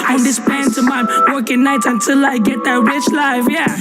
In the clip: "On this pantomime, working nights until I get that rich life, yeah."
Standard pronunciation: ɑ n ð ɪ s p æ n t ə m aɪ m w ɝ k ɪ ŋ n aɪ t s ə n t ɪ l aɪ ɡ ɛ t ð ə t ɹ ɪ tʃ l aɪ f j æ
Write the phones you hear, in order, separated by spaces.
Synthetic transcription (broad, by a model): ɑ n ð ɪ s p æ n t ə m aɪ w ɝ k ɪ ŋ n aɪ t ə n t ɪ l aɪ ɡ ɛ t ð ə t ɹ ɪ tʃ l aɪ f j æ